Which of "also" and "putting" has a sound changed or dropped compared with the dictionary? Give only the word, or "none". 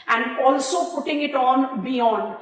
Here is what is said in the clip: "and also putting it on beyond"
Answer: none